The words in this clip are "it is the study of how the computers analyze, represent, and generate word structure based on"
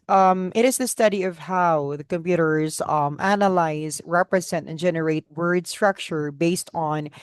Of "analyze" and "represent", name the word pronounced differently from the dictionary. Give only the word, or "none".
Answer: none